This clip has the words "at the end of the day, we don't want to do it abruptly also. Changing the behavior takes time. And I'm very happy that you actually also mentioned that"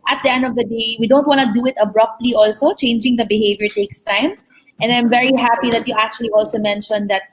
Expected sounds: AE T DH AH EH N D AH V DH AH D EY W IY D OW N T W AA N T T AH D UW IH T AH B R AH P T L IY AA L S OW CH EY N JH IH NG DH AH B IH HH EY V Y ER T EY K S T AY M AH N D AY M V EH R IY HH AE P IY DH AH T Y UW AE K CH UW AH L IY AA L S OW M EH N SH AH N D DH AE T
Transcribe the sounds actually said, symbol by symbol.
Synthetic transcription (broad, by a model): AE T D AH EH N D AH V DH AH D EY W IY D OW N T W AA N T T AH D UW IH T AH B R AH P T L IY AA L S OW CH EY N JH IH NG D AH B IH HH EY V Y ER T EY K S T AY M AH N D AY M V EH R IY HH AE P IY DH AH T Y UW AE K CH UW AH L IY AA L S OW M EH N SH AH N D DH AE T